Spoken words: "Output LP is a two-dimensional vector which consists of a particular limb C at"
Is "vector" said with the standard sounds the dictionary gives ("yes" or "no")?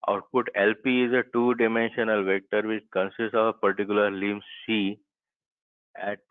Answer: yes